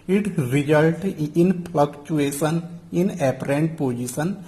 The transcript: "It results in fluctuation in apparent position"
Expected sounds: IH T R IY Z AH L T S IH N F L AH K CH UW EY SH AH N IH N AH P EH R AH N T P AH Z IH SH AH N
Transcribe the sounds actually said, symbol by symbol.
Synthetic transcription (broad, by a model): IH T R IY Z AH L T IH N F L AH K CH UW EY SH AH N IH N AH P R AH N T P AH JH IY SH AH N